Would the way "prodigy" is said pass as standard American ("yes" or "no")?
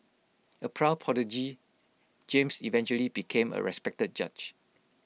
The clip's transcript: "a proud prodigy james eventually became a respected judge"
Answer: no